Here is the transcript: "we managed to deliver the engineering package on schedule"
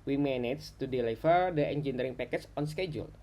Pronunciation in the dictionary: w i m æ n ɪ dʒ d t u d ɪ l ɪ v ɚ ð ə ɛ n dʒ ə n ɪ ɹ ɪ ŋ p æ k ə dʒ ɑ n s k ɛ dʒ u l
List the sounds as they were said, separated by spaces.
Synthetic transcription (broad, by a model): w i m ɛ n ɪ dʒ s t u d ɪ l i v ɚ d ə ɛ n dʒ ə n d ɹ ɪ ŋ p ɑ k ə tʃ ɑ n s k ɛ dʒ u l